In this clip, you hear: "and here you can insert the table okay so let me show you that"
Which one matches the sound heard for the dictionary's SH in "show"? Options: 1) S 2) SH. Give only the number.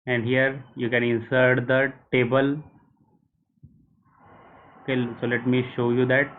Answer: 2